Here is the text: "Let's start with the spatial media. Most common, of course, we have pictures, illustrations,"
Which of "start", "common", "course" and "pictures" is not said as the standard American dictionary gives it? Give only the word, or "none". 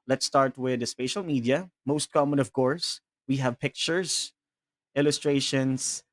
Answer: pictures